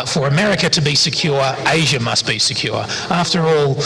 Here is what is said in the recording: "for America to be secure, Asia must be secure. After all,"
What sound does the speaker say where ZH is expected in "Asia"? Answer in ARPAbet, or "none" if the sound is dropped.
ZH